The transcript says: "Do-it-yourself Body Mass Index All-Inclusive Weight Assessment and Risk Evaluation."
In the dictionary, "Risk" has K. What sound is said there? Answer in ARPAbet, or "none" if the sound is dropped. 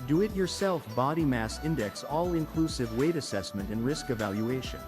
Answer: K